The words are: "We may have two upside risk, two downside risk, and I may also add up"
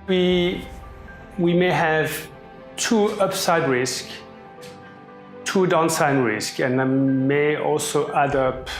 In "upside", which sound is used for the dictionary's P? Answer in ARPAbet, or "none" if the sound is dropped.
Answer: P